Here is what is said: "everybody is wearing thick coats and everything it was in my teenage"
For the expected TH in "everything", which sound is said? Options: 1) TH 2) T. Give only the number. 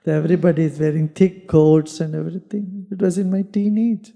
2